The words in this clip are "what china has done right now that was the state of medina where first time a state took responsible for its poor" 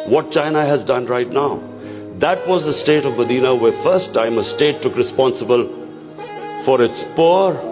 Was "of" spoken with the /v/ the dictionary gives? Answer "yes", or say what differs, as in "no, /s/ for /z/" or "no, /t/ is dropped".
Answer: yes